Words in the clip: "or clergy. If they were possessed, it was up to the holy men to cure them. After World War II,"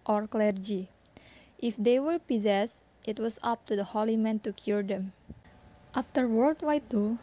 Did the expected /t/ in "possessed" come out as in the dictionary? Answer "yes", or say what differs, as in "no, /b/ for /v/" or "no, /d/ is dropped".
yes